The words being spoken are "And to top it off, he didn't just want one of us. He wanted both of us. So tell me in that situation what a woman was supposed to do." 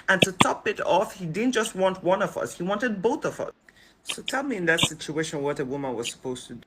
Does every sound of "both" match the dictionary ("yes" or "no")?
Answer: yes